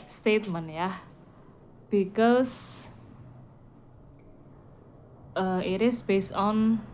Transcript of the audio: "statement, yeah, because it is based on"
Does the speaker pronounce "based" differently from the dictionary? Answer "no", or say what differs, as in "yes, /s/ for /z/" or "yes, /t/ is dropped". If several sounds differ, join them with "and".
yes, /t/ is dropped